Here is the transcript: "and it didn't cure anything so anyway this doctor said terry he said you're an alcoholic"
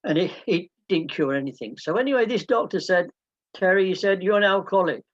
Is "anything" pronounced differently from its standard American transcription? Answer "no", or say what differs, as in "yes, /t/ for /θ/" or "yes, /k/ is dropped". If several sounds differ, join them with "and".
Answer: no